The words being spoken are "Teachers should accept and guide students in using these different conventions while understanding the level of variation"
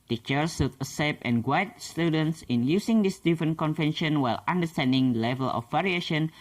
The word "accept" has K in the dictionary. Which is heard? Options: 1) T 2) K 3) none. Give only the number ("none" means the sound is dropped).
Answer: 3